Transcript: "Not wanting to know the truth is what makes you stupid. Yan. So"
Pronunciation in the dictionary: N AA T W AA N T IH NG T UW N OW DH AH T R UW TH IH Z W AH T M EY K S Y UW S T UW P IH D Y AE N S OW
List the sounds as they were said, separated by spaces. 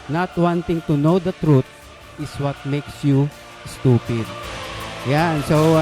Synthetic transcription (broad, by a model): N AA T W AA N T IH NG T UW N OW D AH T R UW T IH S W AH T M EY K S Y UW S T UW P IH D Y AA N S OW